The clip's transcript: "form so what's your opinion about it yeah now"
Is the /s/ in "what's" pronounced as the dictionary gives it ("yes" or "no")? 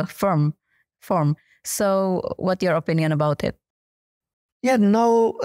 no